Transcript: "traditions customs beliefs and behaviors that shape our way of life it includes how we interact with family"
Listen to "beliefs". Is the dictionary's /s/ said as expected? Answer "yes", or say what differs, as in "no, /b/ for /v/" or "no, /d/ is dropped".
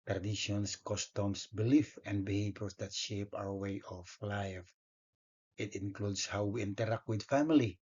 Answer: no, /s/ is dropped